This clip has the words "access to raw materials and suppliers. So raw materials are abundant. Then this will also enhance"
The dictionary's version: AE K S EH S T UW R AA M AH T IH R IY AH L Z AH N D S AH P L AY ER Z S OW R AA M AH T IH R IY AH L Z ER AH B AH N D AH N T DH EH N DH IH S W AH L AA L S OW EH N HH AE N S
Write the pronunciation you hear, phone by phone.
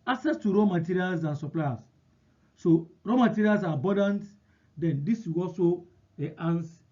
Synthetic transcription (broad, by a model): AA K S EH S T UW R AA M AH T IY R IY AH L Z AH N S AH P L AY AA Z S OW R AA M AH T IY R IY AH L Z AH B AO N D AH N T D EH N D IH S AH W AA L S OW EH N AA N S